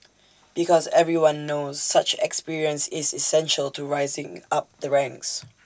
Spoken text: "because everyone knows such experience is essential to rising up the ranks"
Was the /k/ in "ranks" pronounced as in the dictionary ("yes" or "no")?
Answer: yes